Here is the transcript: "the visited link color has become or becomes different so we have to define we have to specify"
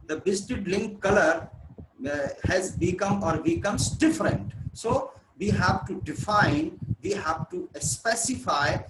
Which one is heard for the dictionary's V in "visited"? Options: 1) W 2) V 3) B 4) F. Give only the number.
3